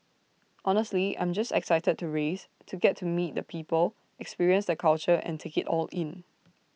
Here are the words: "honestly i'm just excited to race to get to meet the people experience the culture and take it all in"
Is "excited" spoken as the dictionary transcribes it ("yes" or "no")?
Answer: yes